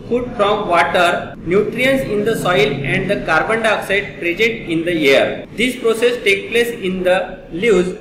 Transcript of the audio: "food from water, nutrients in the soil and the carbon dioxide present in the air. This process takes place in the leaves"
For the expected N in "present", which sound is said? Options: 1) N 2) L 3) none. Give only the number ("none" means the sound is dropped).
3